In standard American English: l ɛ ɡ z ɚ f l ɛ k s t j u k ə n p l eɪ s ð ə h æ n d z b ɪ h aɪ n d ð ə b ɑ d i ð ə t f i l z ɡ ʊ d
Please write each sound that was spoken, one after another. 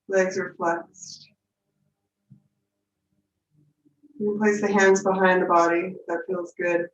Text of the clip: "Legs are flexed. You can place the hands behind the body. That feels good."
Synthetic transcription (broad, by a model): l ɛ ɡ z ɚ f l ɛ k s t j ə p l eɪ s ð ə h æ n d z b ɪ h aɪ n ð ə b ɑ d i ð ə t f i l z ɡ ʊ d